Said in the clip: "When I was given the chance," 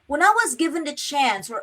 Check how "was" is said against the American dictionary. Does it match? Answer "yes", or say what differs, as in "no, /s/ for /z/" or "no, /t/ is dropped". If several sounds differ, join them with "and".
yes